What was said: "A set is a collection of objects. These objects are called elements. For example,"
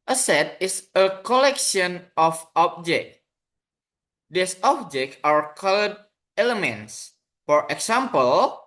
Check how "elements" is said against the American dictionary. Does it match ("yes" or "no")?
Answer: yes